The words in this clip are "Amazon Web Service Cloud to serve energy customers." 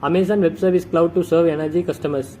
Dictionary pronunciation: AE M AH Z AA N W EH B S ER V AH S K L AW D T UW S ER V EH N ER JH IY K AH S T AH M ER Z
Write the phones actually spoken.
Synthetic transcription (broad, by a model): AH M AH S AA N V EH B S ER V AH S K L AW D T UW S ER V EH N ER JH IY K AH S T AH M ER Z